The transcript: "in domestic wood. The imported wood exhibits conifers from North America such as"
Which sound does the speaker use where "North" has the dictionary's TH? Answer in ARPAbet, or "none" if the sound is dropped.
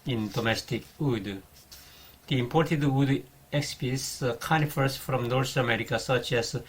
S